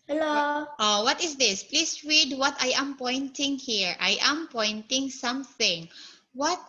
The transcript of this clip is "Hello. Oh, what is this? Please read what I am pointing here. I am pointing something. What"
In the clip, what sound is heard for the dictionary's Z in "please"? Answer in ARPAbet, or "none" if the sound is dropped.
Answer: S